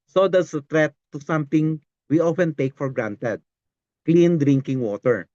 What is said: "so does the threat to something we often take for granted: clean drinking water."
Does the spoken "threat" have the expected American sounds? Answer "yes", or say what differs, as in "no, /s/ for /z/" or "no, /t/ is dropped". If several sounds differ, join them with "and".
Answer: no, /t/ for /θ/